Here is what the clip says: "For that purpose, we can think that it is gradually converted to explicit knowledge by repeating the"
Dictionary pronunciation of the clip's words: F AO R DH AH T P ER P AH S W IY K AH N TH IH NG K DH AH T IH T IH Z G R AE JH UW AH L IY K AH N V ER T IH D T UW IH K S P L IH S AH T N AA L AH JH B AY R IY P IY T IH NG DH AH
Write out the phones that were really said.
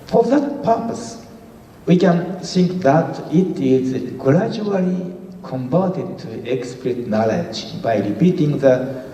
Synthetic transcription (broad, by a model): F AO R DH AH T P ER P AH S W IY K AH N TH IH NG K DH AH T IH T IH Z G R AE JH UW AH L IY K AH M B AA T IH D T UW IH K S P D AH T N AA L AH JH B AY R IY P IY T IH NG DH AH